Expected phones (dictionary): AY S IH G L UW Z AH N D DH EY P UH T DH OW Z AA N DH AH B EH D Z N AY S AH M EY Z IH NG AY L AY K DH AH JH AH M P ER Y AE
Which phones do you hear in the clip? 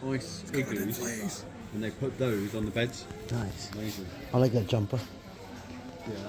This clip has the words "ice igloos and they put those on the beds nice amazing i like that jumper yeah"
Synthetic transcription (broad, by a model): AY S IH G UW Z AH N DH EY P UH T DH OW Z N DH AH B EH D Z N AY S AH M EY Z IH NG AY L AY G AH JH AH M P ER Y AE